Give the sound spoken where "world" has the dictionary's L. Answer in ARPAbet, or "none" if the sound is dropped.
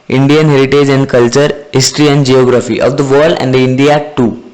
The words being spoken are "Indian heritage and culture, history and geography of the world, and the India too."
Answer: none